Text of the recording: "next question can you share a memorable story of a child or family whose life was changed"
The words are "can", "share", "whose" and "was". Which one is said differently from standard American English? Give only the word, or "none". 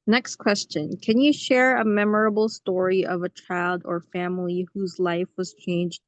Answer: none